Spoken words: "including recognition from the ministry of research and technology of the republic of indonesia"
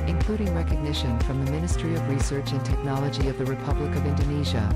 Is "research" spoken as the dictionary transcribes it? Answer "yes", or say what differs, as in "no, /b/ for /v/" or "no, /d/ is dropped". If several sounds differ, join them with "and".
yes